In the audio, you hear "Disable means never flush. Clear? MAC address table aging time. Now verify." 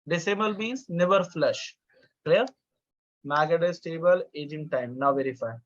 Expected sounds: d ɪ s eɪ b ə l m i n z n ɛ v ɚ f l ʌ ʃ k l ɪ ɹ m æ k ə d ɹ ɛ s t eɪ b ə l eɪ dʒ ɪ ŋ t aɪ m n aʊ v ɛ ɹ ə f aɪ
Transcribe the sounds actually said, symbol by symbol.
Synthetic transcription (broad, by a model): d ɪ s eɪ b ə l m i n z n ɛ v ɚ f l ʌ ʃ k l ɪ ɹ m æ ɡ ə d ɛ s t eɪ b ə l eɪ dʒ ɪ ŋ t aɪ m n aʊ v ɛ ɹ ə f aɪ